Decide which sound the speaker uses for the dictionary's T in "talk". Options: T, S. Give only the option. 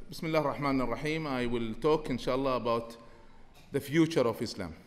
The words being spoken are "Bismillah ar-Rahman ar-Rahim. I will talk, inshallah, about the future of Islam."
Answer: T